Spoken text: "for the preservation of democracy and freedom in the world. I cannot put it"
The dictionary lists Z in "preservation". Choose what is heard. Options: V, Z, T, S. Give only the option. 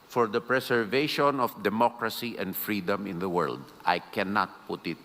S